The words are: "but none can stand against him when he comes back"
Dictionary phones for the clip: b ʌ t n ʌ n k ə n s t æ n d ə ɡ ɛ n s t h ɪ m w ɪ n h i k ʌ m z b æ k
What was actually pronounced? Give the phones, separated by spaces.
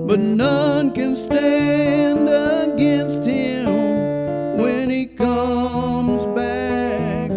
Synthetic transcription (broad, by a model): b ʌ t n ʌ n k ə n s t æ n d ə ɡ ɛ n s t h ɪ m w ɪ n i k ʌ m z b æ k